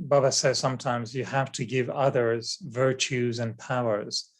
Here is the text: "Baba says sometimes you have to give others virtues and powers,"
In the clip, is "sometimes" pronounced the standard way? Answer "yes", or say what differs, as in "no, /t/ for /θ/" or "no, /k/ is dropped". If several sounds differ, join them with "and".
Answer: yes